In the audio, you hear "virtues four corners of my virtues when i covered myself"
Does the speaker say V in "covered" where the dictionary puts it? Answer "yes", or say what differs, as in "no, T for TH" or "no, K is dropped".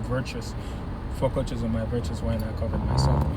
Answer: yes